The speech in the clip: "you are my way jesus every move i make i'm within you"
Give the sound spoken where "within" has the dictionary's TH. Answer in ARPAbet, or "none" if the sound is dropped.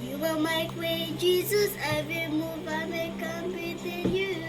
T